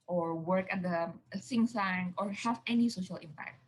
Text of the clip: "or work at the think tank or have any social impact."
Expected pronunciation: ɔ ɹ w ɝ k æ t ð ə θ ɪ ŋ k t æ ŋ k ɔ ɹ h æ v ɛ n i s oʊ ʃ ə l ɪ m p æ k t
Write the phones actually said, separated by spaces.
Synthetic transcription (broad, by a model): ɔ ɹ w ɝ k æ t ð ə s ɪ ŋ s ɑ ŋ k ɔ ɹ h æ v ɛ n i s oʊ ʃ ə l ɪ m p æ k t